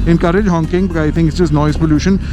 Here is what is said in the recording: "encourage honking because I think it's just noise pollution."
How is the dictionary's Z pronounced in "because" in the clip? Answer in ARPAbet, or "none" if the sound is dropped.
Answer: none